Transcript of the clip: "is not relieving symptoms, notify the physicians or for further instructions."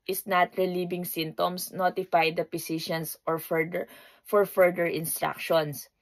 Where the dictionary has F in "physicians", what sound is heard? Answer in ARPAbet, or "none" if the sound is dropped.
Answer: P